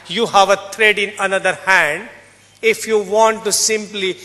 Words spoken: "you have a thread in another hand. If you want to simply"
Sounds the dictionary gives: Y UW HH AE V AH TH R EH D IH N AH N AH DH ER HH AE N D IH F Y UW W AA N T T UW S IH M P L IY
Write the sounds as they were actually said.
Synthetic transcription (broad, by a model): Y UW HH AE V AH T R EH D IH N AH N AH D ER HH AE N D IH F Y UW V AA N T T UW S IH M P L IY